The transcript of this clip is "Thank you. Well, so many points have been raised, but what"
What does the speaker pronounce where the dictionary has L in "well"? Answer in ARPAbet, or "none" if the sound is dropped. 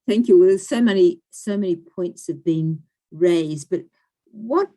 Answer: N